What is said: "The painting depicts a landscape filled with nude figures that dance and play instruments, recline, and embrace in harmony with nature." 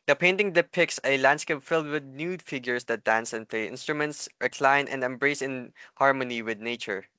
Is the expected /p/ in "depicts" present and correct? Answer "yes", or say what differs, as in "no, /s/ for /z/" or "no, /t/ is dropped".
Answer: yes